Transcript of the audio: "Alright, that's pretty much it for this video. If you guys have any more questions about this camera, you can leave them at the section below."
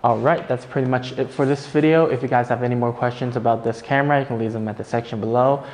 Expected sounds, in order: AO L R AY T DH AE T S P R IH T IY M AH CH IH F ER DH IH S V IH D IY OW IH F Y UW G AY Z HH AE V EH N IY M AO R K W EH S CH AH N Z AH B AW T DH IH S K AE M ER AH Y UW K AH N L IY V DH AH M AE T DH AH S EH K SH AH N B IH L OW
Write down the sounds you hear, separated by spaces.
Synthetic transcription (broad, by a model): AO L R AY T DH AE T S P R IH T IY M AH CH IH F ER DH IH S V IH D IY OW IH F Y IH G AY Z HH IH V EH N IY M AO R K W EH S CH AH N Z AH B AW T DH IH S K AE M ER AH Y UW K N L IY V DH AH M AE T DH AH S EH K SH AH N B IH L OW